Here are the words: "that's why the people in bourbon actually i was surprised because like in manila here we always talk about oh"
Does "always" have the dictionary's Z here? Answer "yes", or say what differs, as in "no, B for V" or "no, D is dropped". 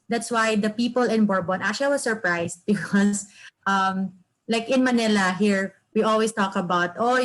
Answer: no, S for Z